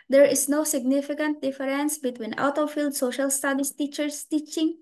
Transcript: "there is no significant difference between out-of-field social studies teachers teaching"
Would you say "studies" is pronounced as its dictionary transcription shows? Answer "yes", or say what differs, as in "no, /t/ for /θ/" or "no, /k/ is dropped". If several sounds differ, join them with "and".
no, /s/ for /z/